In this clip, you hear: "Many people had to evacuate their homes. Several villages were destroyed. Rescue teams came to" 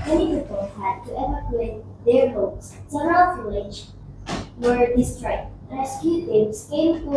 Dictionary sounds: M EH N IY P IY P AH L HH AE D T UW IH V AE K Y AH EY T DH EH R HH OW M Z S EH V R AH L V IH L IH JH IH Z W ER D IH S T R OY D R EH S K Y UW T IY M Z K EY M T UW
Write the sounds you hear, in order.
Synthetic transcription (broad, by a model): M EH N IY P IY P AH L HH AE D T UW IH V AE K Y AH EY T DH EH R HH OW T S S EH R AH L F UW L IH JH W ER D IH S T R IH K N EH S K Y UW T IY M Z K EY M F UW